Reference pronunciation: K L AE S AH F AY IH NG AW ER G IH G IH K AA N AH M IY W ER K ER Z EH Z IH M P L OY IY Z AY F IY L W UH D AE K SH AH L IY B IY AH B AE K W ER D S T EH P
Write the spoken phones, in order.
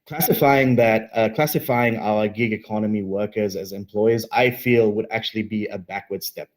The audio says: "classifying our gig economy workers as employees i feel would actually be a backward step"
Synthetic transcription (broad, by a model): K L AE S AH F AY IH NG AW ER G IH G IH K AA N AH M IY W ER K ER Z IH Z IH M P L OY IY Z AY F IY L W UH D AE K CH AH L IY B IY AH B AE K W ER D S T EH P